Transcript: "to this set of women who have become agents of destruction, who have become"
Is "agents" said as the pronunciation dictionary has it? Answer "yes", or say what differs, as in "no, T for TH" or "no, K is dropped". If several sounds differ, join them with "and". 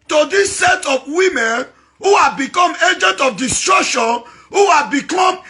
no, S is dropped